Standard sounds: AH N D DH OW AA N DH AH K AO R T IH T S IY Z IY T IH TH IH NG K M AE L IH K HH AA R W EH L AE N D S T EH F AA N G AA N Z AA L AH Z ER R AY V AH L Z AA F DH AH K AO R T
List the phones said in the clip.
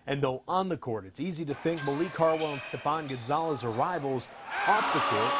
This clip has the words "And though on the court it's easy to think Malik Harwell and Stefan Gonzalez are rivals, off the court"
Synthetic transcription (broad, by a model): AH N DH OW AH N DH AH K AO R T IH T S IY Z IY T IH TH IH NG K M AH L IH K AA R W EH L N S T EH P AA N G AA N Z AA L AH Z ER R AY V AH L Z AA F DH AH K AO R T